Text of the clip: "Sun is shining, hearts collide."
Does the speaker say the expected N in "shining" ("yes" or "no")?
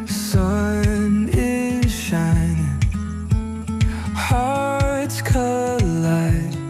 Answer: no